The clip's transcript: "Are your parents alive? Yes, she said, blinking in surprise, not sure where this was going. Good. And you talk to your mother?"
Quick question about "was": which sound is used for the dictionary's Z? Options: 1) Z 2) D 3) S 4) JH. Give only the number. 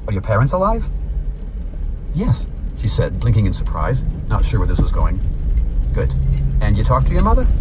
1